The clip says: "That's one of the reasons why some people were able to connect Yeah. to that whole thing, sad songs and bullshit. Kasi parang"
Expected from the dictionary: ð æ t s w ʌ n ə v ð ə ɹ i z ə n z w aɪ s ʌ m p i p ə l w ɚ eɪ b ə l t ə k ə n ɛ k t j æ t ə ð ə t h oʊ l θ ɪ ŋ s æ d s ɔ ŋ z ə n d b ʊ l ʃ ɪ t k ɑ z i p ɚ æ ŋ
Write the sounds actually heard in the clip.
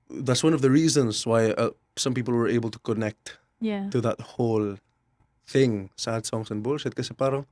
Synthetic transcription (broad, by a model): ð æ t s w ʌ n ə v ð ə ɹ i z ə n z w aɪ s ʌ m p i p ə l w ɚ eɪ b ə l t ə k ə n ɛ k t j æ t ə ð ə t h oʊ l θ ɪ ŋ s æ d s ɔ ŋ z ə n b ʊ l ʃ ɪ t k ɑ s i p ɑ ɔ